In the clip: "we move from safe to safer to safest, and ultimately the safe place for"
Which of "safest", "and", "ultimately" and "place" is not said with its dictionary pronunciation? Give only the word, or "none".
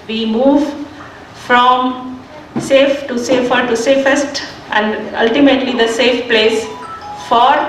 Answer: none